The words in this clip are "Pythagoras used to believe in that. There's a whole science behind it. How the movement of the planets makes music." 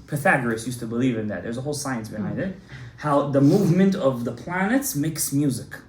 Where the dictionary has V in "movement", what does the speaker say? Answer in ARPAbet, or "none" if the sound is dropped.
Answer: V